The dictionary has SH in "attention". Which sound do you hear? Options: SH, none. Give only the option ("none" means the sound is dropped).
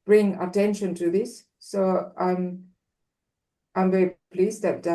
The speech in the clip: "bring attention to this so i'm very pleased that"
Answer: SH